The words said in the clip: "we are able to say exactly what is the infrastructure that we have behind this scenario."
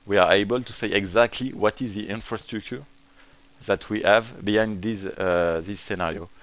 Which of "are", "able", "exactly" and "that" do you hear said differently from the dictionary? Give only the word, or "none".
none